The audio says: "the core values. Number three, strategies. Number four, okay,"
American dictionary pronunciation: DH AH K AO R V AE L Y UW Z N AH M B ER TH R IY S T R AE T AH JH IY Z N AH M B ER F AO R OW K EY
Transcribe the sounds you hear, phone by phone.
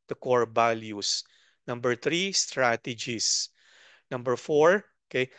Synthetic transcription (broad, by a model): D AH K AO R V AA L Y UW S N AH M B ER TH R IY S T R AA T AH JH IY S N AH M B ER F AO R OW K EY